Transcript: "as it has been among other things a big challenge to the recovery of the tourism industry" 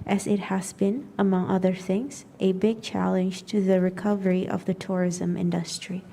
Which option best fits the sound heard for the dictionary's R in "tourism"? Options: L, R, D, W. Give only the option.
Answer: R